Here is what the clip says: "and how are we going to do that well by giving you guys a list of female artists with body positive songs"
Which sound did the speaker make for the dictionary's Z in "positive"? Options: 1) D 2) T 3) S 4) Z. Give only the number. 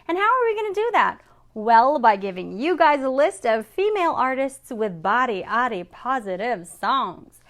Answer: 4